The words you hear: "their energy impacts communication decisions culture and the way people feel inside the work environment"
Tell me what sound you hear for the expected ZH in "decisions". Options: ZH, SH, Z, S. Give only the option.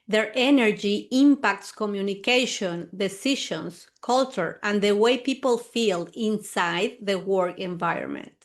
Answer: SH